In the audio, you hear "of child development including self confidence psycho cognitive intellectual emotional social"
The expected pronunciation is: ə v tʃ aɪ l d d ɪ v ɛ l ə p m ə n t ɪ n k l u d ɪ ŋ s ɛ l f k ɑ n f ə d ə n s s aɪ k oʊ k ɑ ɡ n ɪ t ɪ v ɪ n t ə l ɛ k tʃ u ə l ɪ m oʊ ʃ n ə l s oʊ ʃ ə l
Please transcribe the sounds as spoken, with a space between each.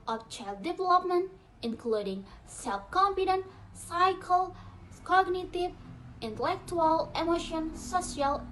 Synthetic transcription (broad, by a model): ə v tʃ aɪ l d d ɪ v ɛ l ə p m ə n t ɪ n k l u d ɪ ŋ s ɛ l f k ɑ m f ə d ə n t s aɪ k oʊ k ɑ ɡ n ɪ t ɪ v ɪ n t ə l ɛ k tʃ u ə l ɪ m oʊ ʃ ə n s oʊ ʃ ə l